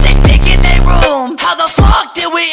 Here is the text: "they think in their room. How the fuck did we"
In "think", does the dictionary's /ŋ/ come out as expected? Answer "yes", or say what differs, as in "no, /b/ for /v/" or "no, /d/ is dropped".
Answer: no, /ŋ/ is dropped